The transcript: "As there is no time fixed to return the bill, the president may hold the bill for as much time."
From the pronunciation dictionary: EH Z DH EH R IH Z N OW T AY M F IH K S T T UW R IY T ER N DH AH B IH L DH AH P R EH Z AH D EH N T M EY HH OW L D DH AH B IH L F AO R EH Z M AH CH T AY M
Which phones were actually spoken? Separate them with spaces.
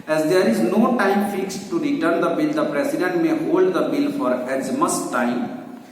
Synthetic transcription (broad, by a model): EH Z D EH R IH Z N OW T AY M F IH K S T T UW R IY T ER N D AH B IH L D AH P R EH S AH D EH N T M EY HH OW L D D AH B IH L F AO R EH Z M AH S T AY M